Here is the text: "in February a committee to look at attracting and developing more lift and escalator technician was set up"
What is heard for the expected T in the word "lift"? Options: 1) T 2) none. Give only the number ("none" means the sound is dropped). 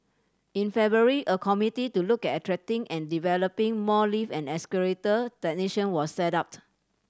2